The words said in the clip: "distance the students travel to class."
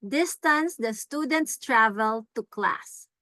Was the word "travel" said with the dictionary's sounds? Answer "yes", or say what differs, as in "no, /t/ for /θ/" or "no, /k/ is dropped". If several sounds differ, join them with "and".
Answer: yes